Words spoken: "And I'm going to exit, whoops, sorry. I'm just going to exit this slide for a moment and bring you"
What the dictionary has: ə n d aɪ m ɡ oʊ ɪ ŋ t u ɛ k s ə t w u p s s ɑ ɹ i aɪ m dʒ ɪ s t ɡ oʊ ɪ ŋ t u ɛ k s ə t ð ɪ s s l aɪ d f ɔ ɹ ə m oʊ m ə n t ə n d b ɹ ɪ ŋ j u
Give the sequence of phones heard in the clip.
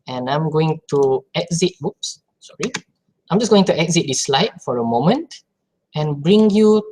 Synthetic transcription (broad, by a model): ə n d aɪ m ɡ oʊ ɪ ŋ t u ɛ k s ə t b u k s s ɑ ɹ i aɪ m dʒ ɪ s ɡ oʊ ɪ ŋ t u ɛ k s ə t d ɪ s s l aɪ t f ɔ ɹ ə m oʊ m ə n t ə n b ɹ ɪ ŋ j u